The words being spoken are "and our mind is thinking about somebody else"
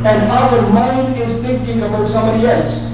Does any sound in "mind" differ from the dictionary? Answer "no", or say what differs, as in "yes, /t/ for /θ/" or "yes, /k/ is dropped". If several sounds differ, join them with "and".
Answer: yes, /d/ is dropped